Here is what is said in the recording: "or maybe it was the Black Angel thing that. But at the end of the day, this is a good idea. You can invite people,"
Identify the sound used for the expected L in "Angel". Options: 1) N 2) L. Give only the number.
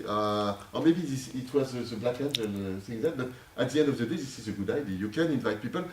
1